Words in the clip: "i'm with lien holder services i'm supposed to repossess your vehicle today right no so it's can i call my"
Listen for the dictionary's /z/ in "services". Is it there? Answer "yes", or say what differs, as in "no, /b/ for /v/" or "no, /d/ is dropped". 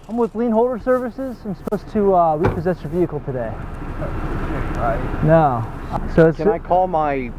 yes